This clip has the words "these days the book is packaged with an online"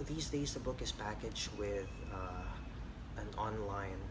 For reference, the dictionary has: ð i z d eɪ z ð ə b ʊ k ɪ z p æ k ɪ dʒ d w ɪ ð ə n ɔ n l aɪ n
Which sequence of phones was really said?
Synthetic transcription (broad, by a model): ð i z d eɪ z ð ə b ʊ k ɪ z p æ k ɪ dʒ w ɪ ð ə n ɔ n l aɪ n